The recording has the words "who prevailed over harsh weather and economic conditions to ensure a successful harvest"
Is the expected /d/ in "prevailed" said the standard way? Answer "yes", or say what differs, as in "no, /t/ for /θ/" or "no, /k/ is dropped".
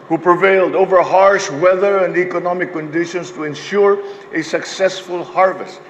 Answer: yes